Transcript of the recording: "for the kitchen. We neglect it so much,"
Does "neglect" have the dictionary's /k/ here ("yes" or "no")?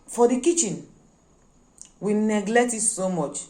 yes